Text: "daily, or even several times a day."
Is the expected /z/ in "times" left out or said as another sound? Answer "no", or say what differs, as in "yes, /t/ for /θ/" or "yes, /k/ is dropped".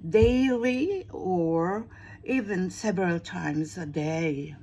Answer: no